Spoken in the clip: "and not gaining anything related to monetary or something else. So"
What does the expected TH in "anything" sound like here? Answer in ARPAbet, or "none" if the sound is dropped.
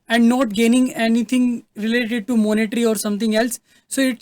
T